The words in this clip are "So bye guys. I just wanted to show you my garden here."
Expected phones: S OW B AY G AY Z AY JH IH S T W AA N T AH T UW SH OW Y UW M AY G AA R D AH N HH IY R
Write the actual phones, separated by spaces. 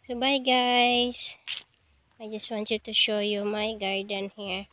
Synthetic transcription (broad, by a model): S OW B AY G AY S AY JH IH S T W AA N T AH T UW SH OW Y UW M AY G AA R D AH N HH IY R